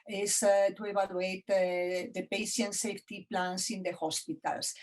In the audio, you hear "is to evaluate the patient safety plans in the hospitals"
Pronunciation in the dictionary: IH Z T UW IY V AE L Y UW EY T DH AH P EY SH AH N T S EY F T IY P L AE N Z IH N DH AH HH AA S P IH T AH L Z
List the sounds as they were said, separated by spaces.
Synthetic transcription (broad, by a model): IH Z T UW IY B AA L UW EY T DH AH P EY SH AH N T S EY F T IY P L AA N S IH N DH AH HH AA S P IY T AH L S